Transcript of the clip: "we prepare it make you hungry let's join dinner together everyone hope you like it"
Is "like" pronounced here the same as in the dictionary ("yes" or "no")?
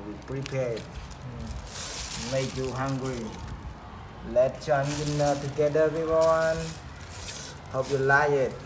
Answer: no